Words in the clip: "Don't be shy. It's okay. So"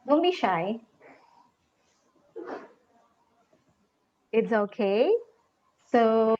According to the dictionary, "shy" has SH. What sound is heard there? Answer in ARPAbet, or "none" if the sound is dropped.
SH